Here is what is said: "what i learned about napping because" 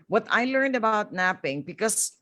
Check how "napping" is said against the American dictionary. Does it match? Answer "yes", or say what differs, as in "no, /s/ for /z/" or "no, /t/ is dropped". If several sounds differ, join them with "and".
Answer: yes